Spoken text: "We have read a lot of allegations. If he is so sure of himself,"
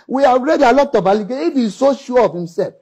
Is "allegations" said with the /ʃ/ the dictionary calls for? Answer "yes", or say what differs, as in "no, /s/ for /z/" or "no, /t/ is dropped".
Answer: no, /ʃ/ is dropped